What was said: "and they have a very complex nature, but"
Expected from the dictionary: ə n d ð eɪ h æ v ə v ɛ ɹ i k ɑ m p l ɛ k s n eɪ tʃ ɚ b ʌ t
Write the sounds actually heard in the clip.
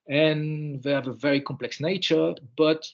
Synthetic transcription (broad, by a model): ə n ð eɪ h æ v ə v ɛ ɹ i k ɑ m p l ɛ k s n eɪ tʃ ɚ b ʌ t